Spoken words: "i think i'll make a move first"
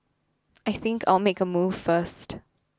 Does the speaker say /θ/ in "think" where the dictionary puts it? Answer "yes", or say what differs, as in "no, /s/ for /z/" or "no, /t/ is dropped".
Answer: yes